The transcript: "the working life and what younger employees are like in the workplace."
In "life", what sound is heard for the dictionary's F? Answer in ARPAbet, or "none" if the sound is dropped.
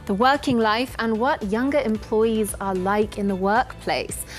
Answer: F